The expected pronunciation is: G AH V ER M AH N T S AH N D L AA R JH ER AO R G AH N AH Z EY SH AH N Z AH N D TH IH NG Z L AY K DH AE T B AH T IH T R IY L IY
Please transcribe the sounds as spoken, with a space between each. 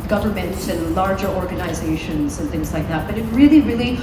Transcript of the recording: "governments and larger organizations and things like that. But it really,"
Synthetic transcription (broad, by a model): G AH V ER M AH N T S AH N L AA R JH ER AO R G AH N AH Z EY SH AH N Z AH N TH IH NG Z L AY K DH AE T B AH T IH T R IY L IY